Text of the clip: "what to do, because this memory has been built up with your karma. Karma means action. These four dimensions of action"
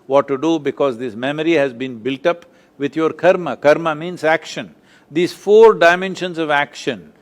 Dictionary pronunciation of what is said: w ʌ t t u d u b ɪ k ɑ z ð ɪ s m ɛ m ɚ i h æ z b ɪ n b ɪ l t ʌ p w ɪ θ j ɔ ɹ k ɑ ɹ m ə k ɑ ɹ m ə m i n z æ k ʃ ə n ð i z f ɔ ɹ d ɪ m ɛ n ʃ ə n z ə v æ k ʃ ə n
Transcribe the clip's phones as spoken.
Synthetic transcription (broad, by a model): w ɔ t t u d u b ɪ k ɑ z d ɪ s m ɛ m ɚ i h æ z b ɪ n b ɪ l t ʌ p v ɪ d j ɔ ɹ k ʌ ɹ m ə k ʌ ɹ m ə m i n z æ k ʃ ə n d i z f ɔ ɹ d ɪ m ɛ n ʃ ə n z ə v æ k ʃ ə n